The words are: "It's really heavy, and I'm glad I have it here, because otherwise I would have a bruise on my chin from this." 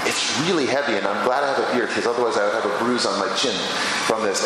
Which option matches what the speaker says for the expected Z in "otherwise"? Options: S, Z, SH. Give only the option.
Z